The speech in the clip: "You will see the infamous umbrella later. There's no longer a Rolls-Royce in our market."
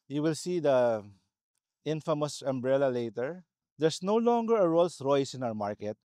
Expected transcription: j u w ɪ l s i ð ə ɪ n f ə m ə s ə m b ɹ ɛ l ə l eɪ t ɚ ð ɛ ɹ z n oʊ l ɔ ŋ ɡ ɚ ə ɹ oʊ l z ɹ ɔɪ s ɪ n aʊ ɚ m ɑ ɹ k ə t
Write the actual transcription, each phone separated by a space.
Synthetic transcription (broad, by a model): j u w ɪ l s i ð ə ɪ n f ə m ə s ə m b ɹ ɛ l ə l eɪ t ɚ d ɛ ɹ s n oʊ l ɔ ŋ ɡ ɚ ə ɹ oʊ l s ɹ ɔɪ s ɪ n aʊ ɚ m ɑ ɹ k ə t